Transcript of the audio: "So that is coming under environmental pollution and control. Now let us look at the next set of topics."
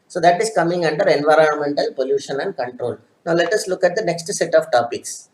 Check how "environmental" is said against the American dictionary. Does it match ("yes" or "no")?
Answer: yes